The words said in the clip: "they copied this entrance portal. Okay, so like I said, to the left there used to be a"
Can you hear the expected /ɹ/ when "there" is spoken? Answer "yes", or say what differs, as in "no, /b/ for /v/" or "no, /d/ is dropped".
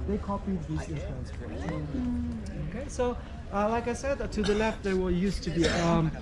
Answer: no, /w/ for /ɹ/